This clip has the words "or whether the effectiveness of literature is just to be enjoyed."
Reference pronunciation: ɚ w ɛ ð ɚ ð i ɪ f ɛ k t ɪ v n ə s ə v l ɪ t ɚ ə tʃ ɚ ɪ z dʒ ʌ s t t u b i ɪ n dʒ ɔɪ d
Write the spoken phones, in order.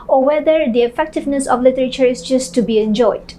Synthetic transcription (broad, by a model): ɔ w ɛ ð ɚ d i ɪ f ɛ k t ɪ v n ə s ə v l ɪ t ɚ ə tʃ ɚ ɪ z dʒ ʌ s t t u b i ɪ n dʒ ɔɪ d